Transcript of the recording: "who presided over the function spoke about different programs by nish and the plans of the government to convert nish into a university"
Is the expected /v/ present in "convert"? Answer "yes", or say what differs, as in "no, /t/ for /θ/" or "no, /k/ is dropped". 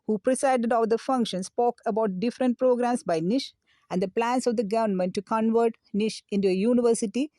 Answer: yes